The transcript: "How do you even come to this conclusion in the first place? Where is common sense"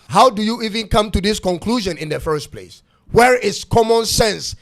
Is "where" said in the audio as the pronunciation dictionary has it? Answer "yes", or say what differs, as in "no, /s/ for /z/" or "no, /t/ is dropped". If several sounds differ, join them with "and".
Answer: yes